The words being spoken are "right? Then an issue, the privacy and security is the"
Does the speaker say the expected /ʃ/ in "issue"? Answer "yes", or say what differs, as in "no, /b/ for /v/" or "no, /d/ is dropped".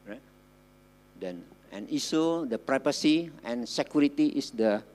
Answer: no, /s/ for /ʃ/